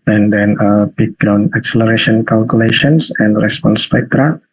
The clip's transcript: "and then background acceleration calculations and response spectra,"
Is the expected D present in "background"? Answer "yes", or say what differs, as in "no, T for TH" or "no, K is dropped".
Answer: no, D is dropped